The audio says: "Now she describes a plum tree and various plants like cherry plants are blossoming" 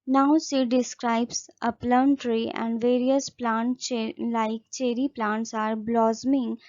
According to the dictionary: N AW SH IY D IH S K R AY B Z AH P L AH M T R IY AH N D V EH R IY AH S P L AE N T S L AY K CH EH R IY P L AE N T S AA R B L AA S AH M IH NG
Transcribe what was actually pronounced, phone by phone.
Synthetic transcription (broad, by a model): N AW S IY D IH S K R AY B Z AH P L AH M T R IY AH N D V EH R IY AH S P L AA N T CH L AY K CH EH R IY P L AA N T S AA R B L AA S M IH NG